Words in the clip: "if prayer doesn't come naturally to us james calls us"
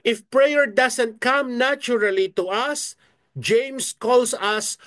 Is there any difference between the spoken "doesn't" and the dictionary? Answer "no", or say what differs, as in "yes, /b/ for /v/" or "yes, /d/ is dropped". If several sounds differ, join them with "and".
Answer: yes, /s/ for /z/